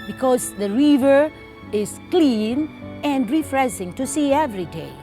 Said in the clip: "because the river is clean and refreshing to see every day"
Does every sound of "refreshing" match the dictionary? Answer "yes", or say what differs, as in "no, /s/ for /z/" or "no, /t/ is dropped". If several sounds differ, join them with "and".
no, /s/ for /ʃ/